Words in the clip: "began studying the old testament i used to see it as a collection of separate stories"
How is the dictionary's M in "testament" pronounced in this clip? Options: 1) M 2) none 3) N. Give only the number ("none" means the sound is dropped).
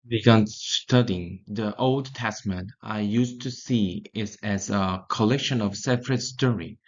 1